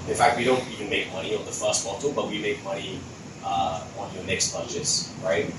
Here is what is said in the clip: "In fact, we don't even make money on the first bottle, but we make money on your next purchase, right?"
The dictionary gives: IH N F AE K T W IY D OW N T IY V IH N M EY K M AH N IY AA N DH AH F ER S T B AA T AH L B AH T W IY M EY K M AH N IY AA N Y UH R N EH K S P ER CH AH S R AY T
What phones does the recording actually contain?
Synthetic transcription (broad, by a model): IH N F AE K T W IY D OW N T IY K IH N M EY K M AH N IY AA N DH AH F ER S T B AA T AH B AH T W IY M EY K M AH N IY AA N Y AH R N EH K S B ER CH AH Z R AY T